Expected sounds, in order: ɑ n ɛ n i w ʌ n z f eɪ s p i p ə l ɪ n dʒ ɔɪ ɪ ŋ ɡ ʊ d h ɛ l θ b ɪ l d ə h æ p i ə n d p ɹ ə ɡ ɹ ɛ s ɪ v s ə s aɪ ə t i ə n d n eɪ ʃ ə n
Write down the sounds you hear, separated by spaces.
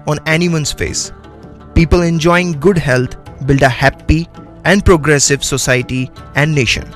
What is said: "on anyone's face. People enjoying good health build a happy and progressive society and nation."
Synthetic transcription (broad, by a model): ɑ n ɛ n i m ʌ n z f eɪ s p i p ə l ɪ n dʒ ɔɪ ɪ ŋ ɡ ʊ d h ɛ l t b ɪ l d ə h æ p i ə n d p ɹ ə ɡ ɹ ɛ s ɪ v s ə s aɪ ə t i ə n d n eɪ ʃ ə n